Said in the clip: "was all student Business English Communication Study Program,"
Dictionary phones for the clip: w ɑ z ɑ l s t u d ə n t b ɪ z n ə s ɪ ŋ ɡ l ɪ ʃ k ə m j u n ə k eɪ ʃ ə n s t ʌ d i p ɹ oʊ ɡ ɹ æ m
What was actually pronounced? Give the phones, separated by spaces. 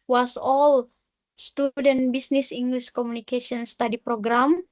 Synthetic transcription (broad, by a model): w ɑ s ɑ l s t u d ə n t b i s n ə s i ŋ ɡ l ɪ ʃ k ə m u n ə k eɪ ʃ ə n s t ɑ d i p ɹ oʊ ɡ ɹ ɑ m